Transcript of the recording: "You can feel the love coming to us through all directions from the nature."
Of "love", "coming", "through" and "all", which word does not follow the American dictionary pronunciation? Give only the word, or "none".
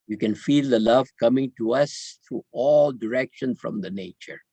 through